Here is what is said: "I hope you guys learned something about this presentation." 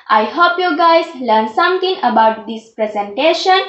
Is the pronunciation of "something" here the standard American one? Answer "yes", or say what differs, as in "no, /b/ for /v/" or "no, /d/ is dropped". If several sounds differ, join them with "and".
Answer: no, /t/ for /θ/